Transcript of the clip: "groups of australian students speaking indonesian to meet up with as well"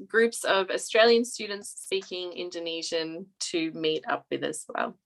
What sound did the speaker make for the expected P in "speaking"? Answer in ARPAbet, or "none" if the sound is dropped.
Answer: none